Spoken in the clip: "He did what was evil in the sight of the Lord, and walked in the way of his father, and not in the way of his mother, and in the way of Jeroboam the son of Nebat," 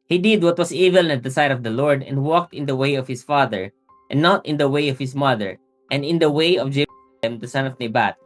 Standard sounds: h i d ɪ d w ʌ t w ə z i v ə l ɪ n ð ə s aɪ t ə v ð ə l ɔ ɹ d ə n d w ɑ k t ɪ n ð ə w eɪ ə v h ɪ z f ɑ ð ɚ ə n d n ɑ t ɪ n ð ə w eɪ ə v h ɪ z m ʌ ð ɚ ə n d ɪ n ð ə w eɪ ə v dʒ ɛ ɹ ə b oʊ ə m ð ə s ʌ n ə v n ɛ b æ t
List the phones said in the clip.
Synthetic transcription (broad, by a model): h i d ɪ d w ʌ t w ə s i v ə l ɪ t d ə s aɪ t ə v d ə l ɔ ɹ d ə n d w ɑ k t ɪ n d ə w eɪ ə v h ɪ s f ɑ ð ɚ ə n n ɑ t ɪ n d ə w eɪ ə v h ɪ s m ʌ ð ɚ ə n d ɪ n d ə w eɪ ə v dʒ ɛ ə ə m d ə s ʌ n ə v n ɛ b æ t